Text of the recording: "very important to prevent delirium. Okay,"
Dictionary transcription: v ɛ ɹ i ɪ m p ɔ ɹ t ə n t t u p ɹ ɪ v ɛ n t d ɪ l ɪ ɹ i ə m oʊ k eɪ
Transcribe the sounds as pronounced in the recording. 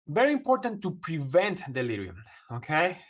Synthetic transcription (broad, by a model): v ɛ ɹ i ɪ m p ɔ ɹ t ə n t t u p ɹ ɪ v ɛ n t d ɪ l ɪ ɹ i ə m oʊ k eɪ